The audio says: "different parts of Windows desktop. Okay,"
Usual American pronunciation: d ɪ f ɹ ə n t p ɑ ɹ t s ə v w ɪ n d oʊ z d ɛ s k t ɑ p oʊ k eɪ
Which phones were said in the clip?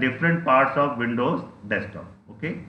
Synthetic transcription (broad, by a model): d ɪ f ɹ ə n t p ɑ ɹ t s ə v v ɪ n d oʊ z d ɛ s t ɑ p oʊ k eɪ